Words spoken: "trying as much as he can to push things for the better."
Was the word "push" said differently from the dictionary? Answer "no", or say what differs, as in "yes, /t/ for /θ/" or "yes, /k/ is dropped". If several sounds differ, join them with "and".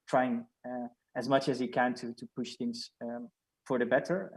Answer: no